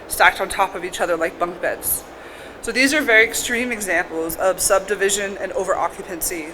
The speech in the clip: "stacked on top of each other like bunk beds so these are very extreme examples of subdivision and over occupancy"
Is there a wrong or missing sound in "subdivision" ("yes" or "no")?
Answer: no